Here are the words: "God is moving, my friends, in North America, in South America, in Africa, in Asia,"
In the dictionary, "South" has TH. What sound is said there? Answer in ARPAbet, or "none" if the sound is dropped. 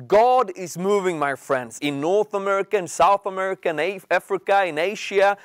TH